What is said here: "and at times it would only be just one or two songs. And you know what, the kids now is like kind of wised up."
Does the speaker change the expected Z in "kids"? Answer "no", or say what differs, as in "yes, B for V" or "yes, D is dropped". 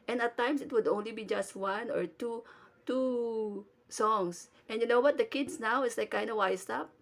yes, S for Z